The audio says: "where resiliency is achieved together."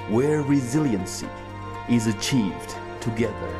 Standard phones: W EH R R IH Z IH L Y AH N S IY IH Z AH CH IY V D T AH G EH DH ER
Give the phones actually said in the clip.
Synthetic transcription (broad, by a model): W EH R R IH Z IH L Y AH N S IY IH Z AH CH IY V D T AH G EH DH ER